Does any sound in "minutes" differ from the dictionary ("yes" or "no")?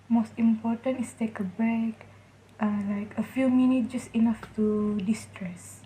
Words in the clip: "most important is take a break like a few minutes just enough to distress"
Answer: yes